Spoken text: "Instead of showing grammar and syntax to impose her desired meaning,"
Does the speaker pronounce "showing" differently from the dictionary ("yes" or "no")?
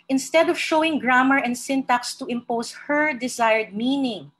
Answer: no